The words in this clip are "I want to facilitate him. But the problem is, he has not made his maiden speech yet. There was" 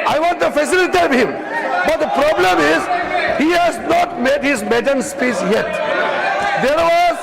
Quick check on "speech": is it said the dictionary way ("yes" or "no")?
no